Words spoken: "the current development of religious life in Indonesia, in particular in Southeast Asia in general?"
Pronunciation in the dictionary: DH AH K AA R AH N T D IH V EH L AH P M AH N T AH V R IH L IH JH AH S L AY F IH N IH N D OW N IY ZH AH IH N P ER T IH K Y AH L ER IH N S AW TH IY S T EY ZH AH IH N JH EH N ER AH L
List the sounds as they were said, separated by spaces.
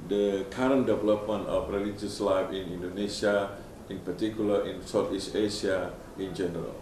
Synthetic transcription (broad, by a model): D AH K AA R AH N D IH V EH L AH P M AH N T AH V R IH L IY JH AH S L AY F IH N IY N D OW N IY S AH IH N P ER T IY K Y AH L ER IH N S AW T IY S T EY S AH IH N JH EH N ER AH L